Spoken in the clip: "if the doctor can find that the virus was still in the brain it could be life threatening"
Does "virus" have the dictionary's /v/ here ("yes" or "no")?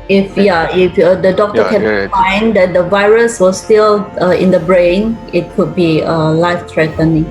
yes